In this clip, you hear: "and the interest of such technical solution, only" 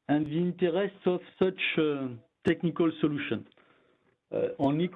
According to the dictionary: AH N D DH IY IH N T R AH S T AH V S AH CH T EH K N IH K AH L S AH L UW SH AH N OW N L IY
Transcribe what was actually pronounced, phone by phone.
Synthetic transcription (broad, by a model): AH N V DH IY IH N T R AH S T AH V S AH CH T EH K N IH K AH L S AH L UW SH AH N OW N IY